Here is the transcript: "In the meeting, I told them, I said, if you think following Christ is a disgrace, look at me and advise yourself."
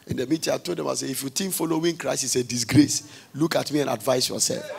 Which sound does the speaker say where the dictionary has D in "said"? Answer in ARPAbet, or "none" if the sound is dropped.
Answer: none